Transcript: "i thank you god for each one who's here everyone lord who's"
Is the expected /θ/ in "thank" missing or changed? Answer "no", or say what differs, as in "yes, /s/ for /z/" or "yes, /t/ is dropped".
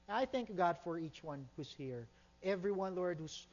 no